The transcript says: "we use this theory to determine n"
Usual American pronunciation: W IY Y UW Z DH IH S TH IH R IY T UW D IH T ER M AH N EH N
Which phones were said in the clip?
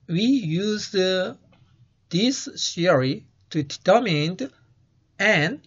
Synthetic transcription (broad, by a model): W IY Y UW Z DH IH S S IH R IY T UW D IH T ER M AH N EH N